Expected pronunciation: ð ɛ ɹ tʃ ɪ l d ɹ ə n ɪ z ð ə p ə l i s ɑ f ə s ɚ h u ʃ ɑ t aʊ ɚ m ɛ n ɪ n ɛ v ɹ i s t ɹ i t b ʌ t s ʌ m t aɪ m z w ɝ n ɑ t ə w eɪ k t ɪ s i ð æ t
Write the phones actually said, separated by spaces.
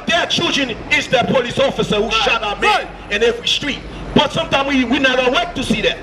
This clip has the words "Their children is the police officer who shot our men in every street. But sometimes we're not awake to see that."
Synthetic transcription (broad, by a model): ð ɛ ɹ tʃ ɪ l d ɹ ə n ɪ z ð ə p ə l i s ɑ f ə s ɚ h u ʃ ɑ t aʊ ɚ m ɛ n ɪ n ɛ v ɹ i s t ɹ i t b ʌ t s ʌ m t aɪ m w w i n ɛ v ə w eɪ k t ɪ s i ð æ t